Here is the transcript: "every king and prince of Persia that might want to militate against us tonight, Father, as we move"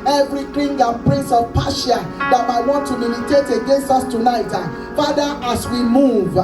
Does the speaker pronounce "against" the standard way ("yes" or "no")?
no